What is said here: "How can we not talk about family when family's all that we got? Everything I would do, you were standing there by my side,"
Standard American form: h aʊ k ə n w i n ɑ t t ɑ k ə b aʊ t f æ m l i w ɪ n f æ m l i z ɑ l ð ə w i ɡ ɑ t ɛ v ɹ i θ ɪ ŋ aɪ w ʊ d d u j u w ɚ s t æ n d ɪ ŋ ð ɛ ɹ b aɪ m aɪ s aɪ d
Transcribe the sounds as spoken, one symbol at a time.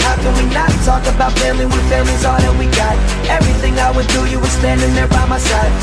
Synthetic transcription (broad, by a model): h aʊ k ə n w i n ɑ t t ɑ k ə b aʊ t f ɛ l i w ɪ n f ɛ l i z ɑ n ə w i ɡ ɑ t ɛ v ɹ i θ ɪ ŋ aɪ w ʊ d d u j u w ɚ s t æ n d ɪ ŋ ð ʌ ɹ b aɪ m aɪ s aɪ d